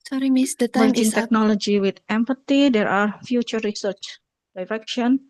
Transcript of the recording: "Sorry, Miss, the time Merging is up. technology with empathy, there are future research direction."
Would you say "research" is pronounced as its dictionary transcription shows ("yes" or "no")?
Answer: yes